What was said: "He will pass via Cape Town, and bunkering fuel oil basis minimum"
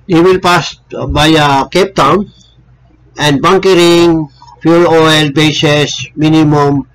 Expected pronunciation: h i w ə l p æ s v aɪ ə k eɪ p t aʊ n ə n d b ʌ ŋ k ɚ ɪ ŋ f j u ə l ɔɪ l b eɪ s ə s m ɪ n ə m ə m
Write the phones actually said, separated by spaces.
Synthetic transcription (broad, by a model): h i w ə l p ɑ s b aɪ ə k eɪ p t aʊ n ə n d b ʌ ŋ k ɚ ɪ ŋ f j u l ɔɪ l b eɪ s ə s m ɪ n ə m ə m